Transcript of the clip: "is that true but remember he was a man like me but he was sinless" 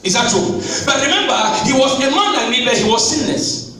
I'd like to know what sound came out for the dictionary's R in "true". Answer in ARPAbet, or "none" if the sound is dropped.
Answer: none